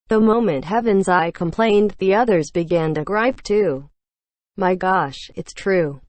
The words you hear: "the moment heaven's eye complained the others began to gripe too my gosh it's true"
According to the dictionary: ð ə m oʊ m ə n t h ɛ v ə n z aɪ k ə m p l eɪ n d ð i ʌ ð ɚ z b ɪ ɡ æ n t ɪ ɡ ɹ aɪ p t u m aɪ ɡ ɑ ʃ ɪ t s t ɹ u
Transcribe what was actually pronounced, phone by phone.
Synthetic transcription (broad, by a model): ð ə m oʊ m ə n t h ɛ v ə n z aɪ k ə m p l eɪ n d ð i ʌ ð ɚ z b ɪ ɡ æ n t ɪ ɡ ɹ aɪ p t u m aɪ ɡ ɑ ʃ ɪ t s t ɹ u